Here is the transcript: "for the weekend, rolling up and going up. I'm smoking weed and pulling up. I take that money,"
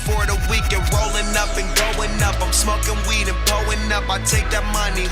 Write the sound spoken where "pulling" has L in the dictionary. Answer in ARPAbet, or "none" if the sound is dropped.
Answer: none